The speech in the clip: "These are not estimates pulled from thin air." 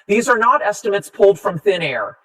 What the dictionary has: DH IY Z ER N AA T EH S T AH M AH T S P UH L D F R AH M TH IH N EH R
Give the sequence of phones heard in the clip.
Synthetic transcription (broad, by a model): DH IY Z ER N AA T EH S T AH M AH T S P UH L D F R AH M TH IH N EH R